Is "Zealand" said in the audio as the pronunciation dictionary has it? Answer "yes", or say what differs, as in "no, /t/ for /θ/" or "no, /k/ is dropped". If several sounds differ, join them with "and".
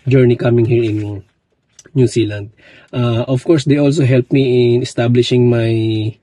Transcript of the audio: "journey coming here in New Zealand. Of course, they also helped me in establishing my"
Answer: no, /s/ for /z/